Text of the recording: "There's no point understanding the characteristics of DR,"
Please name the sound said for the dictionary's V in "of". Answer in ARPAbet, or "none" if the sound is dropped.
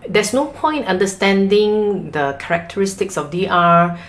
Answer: F